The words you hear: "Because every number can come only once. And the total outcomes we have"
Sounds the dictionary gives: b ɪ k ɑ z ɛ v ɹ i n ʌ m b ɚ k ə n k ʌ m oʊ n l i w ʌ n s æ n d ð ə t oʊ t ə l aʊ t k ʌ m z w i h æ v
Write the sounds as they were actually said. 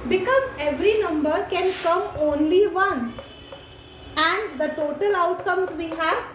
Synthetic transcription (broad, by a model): b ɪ k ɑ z ɛ v ɹ i n ʌ m b ɚ k ə n k ʌ m oʊ n l i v ʌ n æ n d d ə t oʊ t ə l aʊ t k ʌ m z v i h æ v